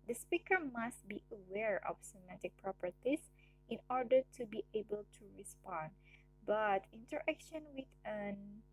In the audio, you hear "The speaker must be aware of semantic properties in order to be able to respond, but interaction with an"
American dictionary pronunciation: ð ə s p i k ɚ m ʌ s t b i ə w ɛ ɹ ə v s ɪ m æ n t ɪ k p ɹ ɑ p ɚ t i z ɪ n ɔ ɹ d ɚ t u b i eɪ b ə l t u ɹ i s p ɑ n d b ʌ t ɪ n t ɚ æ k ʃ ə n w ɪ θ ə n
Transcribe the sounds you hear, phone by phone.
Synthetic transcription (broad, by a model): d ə s p i k ɚ m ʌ s t b i ə w ɛ ɹ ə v s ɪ m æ t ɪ k p ɹ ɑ p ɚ t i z ɪ n ɔ ɹ d ɚ t u b i eɪ b ə l t u ɹ i s p ɑ n d b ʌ t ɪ n t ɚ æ k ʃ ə n w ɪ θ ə n